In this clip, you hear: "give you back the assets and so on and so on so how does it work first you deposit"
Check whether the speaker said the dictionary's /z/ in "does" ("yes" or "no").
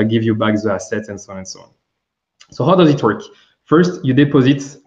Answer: yes